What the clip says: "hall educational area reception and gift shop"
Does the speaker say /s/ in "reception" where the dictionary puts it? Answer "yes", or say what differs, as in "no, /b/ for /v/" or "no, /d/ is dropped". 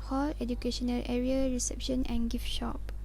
yes